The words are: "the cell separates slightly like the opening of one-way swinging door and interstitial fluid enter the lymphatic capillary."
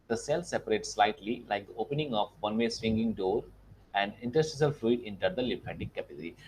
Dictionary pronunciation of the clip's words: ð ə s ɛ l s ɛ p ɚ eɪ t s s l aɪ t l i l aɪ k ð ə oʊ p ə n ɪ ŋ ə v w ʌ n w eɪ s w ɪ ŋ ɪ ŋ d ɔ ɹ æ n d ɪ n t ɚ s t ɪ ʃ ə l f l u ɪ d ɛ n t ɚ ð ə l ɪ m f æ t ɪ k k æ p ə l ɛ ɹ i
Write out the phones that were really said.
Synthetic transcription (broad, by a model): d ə s ɛ l s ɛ p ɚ eɪ t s s l aɪ t l i l aɪ k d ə oʊ p ə n ɪ ŋ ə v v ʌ n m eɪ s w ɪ ŋ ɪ ŋ d ɔ ɹ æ n d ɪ n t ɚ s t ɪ s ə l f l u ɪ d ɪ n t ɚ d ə l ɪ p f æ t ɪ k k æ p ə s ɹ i